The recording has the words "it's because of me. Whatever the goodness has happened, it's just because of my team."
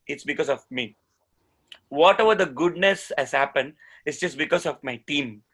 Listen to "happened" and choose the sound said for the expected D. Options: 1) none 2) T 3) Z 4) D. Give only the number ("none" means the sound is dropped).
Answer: 4